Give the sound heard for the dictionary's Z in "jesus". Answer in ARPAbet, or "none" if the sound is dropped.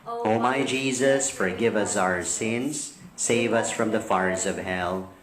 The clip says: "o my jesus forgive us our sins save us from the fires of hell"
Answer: Z